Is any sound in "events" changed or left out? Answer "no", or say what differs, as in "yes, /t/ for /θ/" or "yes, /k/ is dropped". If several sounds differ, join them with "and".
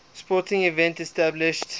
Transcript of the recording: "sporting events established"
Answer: yes, /s/ is dropped